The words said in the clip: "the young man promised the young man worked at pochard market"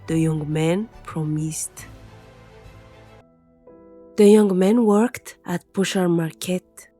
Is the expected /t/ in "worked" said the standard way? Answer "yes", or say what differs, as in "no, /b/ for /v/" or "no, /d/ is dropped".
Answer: yes